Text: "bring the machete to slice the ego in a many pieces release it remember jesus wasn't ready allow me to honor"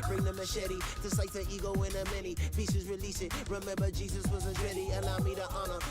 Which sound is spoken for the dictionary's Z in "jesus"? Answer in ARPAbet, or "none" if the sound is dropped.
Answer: Z